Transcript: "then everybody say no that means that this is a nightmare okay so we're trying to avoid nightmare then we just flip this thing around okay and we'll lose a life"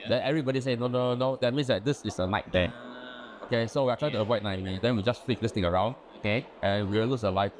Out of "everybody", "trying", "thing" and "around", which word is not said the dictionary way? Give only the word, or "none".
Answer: thing